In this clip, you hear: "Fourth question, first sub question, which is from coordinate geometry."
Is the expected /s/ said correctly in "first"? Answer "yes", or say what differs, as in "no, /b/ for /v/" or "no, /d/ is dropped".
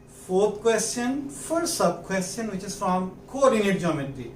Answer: no, /s/ is dropped